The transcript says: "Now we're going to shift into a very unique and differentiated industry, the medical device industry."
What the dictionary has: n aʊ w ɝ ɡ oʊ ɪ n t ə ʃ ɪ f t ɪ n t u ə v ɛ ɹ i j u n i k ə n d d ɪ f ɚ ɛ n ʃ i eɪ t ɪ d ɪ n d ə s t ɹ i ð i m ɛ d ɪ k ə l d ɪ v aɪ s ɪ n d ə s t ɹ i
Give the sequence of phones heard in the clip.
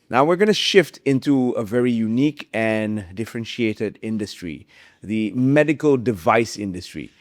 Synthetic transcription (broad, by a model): n aʊ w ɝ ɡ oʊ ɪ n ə ʃ ɪ f t ɪ n t u ə v ɛ ɹ i j u n i k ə n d d ɪ f ɚ ɛ n ʃ i eɪ t ɪ d ɪ n d ə s t ɹ i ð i m ɛ d ɪ k ə l d ɪ v aɪ s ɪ n d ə s t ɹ i